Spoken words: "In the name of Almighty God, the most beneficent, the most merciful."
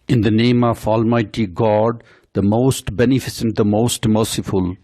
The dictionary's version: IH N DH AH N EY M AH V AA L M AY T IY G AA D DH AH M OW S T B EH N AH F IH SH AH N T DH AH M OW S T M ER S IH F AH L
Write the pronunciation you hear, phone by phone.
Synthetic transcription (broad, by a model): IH N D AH N EY M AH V AA L M AY T IY G AA D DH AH M OW S T B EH N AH F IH S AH N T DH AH M OW S T M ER S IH F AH L